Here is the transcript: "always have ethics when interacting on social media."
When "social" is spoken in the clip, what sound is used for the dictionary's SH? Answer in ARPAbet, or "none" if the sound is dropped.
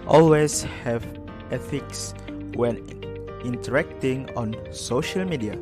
SH